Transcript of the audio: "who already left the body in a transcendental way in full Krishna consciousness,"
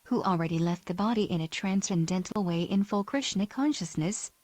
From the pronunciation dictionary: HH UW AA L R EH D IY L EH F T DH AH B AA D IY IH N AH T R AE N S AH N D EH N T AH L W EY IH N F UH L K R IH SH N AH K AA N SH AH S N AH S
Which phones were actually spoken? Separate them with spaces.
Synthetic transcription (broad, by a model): HH UW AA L R EH D IY L EH F T DH AH B AA D IY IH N AH T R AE N S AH N D EH N T L W EY IH N F UH L K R IH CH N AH K AA N SH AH S N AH S